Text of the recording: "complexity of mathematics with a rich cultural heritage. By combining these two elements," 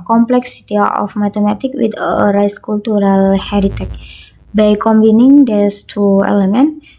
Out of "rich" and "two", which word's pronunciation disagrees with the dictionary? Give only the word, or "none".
rich